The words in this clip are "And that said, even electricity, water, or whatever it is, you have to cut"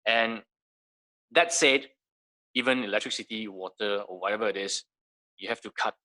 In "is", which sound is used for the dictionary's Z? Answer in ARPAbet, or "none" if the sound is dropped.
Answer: S